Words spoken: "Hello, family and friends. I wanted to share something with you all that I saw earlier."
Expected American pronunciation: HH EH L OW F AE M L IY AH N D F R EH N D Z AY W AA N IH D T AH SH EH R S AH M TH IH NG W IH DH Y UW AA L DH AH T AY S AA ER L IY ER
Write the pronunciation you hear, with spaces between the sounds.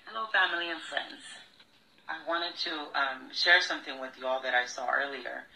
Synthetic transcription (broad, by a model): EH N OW F AE M L IY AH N F R EH N D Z AY W AA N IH D T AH SH EH R S AH M TH IH NG W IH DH Y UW AA L DH AH T AY S AA ER L IY ER